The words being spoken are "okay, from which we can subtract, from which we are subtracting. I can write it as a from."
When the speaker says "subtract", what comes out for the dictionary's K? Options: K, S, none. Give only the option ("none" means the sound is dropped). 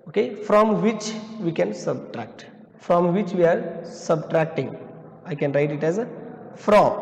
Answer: K